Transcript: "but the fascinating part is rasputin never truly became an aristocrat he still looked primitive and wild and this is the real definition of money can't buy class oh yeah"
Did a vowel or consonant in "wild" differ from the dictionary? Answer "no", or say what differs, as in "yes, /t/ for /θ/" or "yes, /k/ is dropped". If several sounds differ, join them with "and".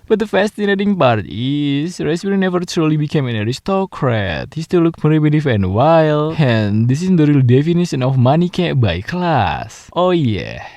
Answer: yes, /d/ is dropped